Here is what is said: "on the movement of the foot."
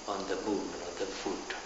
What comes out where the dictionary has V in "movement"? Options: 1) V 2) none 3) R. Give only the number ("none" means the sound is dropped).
2